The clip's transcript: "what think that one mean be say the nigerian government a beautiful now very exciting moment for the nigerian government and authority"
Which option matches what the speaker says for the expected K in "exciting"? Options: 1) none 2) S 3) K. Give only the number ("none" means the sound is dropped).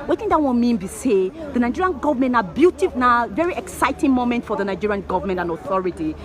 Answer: 3